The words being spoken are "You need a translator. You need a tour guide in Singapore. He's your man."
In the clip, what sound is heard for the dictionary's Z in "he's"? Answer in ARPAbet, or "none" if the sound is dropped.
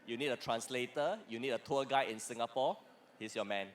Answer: S